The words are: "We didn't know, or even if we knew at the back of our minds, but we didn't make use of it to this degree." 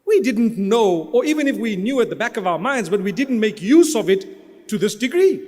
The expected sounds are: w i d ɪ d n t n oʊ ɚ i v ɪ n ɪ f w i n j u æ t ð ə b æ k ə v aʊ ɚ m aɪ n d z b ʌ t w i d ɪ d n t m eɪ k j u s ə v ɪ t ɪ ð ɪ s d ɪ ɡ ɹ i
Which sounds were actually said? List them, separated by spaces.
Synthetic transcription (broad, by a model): w i d ɪ d n t n oʊ ɚ i v ɪ n ɪ f w i n j u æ t ð ə b æ k ə v aʊ ɚ m aɪ n d z b ʌ t w i d ɪ d n t m eɪ k j u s ə v ɪ t ɪ ð ɪ s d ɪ ɡ ɹ i